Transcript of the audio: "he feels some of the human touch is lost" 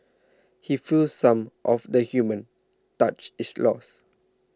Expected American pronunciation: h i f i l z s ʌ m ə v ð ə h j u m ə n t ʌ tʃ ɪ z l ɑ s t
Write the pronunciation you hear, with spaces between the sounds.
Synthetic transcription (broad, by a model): h i f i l s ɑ m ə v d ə h j u m ə n t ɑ tʃ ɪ s l ɑ s